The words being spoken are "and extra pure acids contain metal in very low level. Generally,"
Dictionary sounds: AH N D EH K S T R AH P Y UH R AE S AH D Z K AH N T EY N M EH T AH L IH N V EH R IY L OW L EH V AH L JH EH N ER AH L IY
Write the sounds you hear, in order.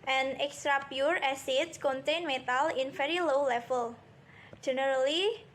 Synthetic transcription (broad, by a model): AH N EH K S T R AH P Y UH R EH S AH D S K AH N T EY N M EH T AH L IH N F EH R IY L OW L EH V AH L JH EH N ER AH L IY